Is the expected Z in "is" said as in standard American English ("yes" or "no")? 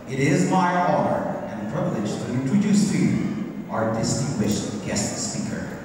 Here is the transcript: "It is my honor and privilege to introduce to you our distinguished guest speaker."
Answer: yes